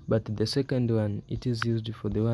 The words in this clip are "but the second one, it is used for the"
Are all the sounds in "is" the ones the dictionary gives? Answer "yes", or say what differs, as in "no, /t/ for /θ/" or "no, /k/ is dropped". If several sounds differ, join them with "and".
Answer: yes